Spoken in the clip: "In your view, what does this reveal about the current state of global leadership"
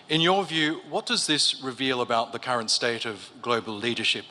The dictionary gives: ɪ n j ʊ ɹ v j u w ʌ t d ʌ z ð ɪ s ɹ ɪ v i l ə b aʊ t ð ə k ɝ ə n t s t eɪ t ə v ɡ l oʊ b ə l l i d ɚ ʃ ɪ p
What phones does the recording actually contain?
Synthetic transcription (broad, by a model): ɪ n j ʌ ɹ v j u w ʌ t d ʌ z ð ɪ s ɹ ɪ v i l ə b aʊ t ð ə k ɝ ə n t s t eɪ t ə v ɡ l oʊ b ə l l i d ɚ ʃ ɪ p